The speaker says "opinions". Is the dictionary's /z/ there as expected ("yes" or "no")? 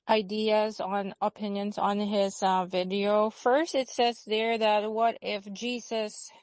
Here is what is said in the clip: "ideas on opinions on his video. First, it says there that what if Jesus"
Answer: yes